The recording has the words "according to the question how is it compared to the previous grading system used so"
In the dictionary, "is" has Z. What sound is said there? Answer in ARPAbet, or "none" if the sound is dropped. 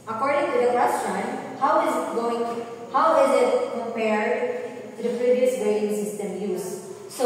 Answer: Z